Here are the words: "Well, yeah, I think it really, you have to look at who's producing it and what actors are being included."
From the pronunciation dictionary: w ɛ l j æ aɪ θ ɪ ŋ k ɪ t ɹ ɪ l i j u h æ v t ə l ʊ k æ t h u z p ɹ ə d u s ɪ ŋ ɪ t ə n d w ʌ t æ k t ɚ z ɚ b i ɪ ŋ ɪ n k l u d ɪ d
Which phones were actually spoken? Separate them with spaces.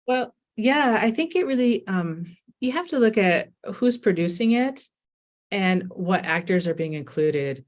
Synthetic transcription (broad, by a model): w ɛ l j æ aɪ θ ɪ ŋ k ɪ t ɹ ɪ l i j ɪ h æ f t ə l ʊ k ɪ t h u z p ɹ ə d u s ɪ ŋ ɪ t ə n w ʌ t æ k t ɚ z ɚ b i ɪ ŋ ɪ n k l u d ɪ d